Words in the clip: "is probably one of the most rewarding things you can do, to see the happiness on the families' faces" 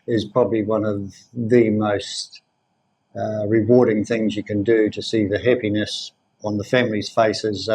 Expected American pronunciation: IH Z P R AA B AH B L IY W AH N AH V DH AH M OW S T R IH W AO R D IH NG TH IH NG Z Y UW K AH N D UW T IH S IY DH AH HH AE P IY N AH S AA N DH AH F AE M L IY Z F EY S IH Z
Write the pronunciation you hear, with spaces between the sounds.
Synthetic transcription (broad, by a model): IH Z P R AA B AH B L IY W AH N AH V DH AH M OW S T R IH W AO R D IH NG TH IH NG Z Y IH K AH N D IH T IH S IY DH AH HH AE P IY N AH S N DH AH F AE M L IY Z F EY S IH Z